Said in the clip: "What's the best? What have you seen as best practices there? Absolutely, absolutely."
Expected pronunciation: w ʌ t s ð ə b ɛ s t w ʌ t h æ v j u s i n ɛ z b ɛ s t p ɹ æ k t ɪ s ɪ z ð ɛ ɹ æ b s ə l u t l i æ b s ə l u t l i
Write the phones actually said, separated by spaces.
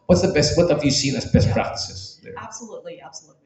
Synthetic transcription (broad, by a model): w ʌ t s ð ə b ɛ s t w ʌ t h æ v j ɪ s i n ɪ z b ɛ s t p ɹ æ k t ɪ s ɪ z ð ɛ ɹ æ b s ə l u t l i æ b s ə l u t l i